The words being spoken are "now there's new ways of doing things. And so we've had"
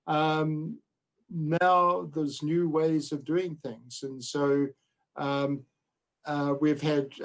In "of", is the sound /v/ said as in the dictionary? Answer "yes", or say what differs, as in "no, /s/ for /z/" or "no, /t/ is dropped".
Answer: yes